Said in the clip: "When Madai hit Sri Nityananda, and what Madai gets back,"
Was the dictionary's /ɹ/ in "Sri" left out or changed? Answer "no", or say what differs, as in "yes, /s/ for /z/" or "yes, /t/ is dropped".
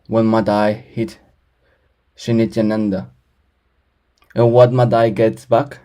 yes, /ɹ/ is dropped